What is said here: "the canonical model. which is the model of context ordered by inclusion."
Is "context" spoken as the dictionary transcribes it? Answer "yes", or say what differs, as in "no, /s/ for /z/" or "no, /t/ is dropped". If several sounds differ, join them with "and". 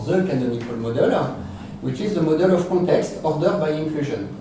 no, /n/ is dropped